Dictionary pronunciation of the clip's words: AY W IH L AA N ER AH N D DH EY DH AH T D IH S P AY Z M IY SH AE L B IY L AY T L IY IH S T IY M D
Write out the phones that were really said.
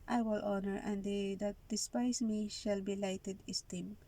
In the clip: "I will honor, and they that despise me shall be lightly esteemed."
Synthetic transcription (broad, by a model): AY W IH L AA N ER AH N D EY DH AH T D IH S P AY S M IY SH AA L B IY L AY T IY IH S T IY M